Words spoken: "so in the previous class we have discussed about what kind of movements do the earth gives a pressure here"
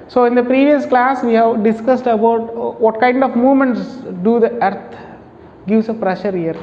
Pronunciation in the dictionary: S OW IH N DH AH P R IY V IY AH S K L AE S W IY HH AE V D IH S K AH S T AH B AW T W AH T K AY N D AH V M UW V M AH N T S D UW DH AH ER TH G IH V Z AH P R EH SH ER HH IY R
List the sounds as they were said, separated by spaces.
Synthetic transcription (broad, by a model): S OW IH N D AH P R IY V IY AH S K L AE S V IY HH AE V D IH S K AH S T AH B AW T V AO T K AY N D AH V M UW V M AH N T S D UW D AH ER T G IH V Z AH P R EH SH ER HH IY R